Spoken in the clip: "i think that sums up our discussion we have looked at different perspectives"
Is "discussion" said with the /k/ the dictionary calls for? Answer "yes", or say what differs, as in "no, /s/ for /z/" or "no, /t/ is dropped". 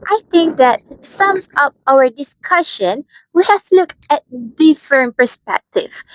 yes